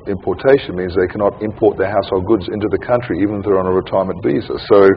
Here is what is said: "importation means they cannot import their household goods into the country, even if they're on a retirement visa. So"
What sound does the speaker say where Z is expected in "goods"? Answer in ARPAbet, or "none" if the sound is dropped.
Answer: Z